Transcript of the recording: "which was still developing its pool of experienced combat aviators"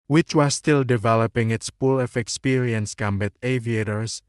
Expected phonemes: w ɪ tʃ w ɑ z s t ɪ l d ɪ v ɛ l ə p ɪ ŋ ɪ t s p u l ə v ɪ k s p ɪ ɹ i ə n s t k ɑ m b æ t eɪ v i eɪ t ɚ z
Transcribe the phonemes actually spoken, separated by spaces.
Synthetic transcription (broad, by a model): w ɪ tʃ w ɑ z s t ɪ l d ɪ v ɛ l ə p ɪ ŋ ɪ t s p u l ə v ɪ k s p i ɹ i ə n s k ɑ m b æ t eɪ v i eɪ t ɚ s